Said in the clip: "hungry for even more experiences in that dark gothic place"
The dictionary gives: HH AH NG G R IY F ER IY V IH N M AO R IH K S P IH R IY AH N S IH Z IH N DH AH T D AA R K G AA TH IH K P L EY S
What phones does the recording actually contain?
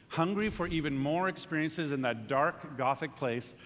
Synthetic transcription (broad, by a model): HH AH NG G R IY F ER IY V IH N M AO R IH K S P IH R IY AH N S IH Z IH N DH AH T D AA R K G AA TH IH K P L EY S